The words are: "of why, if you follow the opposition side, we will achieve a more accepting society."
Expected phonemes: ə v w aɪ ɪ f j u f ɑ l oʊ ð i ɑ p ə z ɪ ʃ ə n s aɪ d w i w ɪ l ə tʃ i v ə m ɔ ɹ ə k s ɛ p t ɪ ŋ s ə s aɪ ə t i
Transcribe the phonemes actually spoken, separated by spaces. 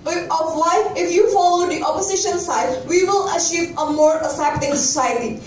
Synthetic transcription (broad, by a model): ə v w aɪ ɪ f j u f ɑ l oʊ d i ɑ p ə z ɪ ʃ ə n s aɪ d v i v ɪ l ə tʃ i v ə m ɔ ɹ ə s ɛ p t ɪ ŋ s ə s aɪ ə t i